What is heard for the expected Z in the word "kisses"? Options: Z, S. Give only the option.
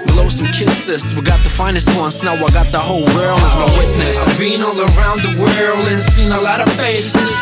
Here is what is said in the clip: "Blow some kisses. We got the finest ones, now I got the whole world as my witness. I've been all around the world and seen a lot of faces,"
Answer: S